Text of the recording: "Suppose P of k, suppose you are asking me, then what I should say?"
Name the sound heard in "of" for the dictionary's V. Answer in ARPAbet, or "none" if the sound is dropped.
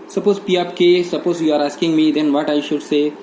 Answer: P